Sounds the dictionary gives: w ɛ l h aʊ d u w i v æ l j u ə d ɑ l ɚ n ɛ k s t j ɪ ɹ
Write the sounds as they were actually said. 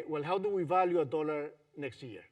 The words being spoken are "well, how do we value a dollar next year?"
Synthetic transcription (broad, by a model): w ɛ l h aʊ d u w i v æ l j u ə d ɑ l ɚ n ɛ k s t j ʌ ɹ